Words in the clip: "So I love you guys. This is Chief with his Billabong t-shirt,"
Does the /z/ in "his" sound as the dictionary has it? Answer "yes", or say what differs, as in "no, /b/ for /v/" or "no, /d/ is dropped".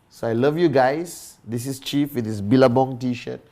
no, /s/ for /z/